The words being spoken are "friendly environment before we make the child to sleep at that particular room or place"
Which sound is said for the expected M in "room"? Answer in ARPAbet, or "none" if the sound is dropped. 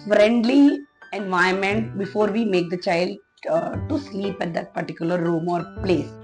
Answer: M